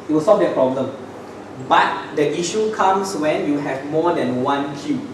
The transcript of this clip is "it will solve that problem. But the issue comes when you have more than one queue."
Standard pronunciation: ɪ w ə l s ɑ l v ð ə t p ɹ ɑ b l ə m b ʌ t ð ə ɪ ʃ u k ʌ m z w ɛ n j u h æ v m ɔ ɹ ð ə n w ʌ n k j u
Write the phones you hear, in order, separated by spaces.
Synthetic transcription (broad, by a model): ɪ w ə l s ɑ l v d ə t p ɹ ɑ b l ə m b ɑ t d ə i ʃ u k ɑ m s w ɛ n j u h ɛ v m ɔ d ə n w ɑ n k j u